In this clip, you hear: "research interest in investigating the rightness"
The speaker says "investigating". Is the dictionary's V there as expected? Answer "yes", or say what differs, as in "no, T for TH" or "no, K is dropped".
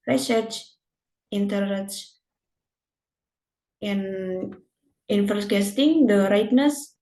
no, F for V